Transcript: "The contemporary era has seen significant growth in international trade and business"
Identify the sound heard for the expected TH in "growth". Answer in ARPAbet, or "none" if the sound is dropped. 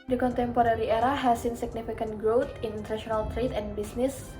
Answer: T